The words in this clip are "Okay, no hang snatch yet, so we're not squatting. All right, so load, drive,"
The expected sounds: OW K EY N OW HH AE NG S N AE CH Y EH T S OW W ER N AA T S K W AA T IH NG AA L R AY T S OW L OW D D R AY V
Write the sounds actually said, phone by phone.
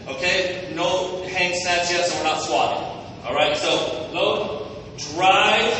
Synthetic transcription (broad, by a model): OW K EY N OW HH AE NG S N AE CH Y EH T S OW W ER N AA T S W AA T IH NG AA L R AY T S OW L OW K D R AY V